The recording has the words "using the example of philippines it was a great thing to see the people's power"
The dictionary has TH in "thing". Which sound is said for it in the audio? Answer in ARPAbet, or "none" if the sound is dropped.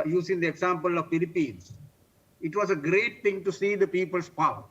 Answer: T